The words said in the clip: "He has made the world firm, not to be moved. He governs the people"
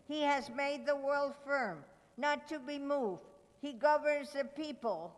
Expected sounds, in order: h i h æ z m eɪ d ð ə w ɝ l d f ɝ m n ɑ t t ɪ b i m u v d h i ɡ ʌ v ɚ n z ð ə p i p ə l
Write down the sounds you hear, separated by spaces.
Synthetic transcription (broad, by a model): h i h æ z m eɪ d ð ə w ɝ l d f ɝ m n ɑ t t ɪ b i m u v d h i ɡ ʌ v ɚ n z ð ə p i p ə l